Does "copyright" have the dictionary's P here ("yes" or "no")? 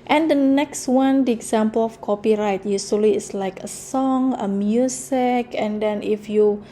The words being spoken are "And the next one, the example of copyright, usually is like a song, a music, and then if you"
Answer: yes